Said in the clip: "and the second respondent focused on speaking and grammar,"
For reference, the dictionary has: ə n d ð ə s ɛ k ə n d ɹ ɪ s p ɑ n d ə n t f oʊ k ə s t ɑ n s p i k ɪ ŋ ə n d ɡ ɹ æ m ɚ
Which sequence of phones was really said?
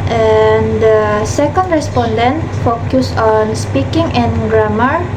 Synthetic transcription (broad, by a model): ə n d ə s ɛ k ə n d ɹ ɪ s p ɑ n d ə n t f oʊ k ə s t ɑ n s p i k ɪ ŋ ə n ɡ ɹ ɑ m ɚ